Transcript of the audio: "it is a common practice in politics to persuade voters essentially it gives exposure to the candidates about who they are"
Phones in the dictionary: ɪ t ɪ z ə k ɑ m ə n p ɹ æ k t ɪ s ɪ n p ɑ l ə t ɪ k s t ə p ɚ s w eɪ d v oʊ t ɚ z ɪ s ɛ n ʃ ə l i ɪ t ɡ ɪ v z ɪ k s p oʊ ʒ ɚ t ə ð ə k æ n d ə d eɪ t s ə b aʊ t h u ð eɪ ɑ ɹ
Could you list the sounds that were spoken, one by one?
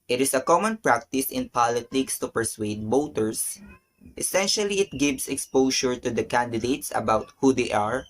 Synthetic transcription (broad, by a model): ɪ t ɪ s ə k ɑ m ə n p ɹ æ k t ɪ s ɪ n p ɑ l ə t ɪ k s t ə p ɚ s w eɪ d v oʊ t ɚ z ɪ s ɛ n ʃ ə l i ɪ t ɡ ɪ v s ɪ k s p oʊ ʃ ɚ t ə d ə k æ n d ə d eɪ t s ə b aʊ t h u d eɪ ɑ ɹ